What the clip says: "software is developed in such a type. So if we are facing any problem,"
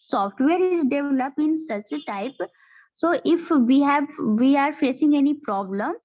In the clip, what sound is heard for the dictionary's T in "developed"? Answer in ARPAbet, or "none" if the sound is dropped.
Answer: none